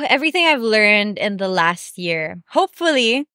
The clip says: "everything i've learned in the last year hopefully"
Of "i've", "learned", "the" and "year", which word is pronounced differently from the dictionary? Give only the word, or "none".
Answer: none